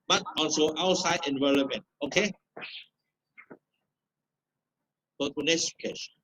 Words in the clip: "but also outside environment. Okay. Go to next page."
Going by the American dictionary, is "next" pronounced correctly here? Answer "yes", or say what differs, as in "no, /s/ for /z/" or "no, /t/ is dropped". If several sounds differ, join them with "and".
no, /k/ is dropped